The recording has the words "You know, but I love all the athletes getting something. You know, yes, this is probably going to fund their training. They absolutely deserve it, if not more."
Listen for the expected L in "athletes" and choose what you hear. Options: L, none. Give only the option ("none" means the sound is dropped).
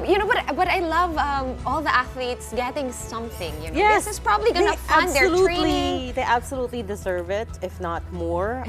L